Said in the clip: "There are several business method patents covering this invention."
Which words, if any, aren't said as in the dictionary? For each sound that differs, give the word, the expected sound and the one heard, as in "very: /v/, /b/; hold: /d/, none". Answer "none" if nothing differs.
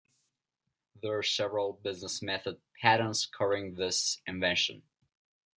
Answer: covering: /v/, none